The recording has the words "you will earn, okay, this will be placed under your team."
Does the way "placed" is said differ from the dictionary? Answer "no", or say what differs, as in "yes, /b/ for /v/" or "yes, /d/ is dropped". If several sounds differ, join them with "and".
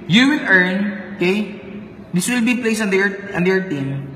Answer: yes, /t/ is dropped